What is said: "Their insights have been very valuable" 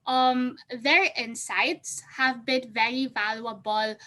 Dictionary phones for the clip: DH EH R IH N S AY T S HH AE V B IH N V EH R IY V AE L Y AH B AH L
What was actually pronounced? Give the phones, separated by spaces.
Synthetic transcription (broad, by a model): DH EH R IH N S AY T S HH AE V B IH N V EH R IY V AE L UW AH B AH L